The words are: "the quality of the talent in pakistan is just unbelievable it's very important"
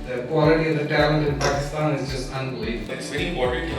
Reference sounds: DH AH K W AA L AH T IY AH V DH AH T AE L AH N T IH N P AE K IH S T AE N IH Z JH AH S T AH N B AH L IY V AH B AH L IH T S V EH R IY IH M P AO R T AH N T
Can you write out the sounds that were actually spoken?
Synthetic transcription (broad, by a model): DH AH K W AA L AH T IY AH V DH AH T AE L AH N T IH N P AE K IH S T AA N IH Z JH AH S T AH N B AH L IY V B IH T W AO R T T